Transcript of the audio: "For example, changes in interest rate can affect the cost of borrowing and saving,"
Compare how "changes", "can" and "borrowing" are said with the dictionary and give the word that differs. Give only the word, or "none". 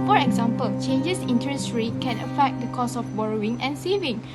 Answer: changes